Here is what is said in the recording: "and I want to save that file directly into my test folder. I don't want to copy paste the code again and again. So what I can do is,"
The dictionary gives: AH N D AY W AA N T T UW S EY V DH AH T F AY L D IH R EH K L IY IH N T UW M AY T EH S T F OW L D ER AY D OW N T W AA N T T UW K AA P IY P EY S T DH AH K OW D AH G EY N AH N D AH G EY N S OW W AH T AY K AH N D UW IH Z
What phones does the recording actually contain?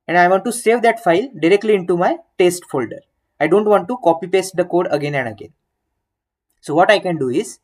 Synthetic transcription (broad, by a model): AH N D AY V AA N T T UW S EY V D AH T F AY L D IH R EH K L IY IH N T UW M AY T EH S T F OW L D ER AY D OW N T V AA N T T UW K AA P IY P EY S T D AH K OW D AH G EY N AH N D AH G EY N S OW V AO T AY K AH N D UW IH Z